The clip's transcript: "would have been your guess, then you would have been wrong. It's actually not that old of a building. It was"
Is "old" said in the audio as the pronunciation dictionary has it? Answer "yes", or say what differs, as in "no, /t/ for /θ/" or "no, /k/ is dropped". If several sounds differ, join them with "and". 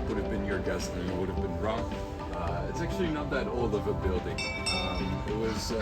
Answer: no, /d/ is dropped